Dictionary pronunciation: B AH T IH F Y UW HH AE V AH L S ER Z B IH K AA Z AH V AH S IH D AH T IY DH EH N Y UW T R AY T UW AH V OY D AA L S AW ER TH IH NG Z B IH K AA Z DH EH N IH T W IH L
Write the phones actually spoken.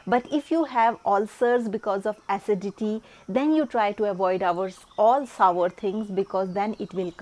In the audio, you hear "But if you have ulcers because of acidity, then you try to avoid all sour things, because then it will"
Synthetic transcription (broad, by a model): B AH T IH F Y UW HH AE V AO L S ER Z B IH K AA Z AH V AH S IH D AH T IY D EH N Y UW T R AY T UW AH V OY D AA L S AW ER T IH NG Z B IH K AA Z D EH N IH T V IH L